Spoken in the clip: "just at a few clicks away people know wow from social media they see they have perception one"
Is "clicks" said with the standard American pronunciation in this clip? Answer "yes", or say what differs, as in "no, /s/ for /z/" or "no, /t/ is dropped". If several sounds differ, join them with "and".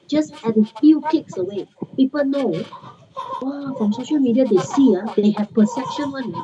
no, /l/ is dropped